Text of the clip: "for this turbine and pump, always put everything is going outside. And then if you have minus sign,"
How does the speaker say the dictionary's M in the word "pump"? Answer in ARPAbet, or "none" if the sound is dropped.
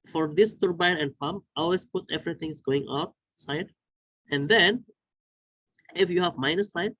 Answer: M